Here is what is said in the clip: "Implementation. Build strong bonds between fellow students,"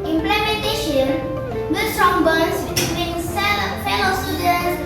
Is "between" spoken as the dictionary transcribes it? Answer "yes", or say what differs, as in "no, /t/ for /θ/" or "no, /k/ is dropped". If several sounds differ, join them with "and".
no, /l/ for /n/